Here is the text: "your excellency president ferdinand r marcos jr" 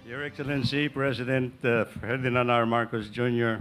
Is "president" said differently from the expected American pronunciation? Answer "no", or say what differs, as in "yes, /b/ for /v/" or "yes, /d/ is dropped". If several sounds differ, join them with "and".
yes, /s/ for /z/